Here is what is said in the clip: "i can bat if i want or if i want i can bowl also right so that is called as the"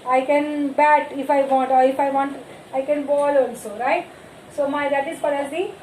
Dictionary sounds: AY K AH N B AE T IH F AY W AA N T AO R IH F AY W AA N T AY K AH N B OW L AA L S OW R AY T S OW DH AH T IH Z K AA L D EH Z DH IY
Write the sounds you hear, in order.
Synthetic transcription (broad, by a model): AY K AH N B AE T IH F AY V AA N T AO R IH F AY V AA N T AY K AH N B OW L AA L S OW R AY T S OW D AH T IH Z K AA D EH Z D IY